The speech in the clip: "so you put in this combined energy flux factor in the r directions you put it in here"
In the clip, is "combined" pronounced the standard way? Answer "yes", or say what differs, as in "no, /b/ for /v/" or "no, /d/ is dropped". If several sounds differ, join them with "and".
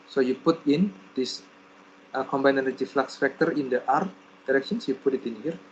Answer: no, /d/ is dropped